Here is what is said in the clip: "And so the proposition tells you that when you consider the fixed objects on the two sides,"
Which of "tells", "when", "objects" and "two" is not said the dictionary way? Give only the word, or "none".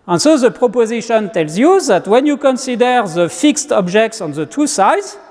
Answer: none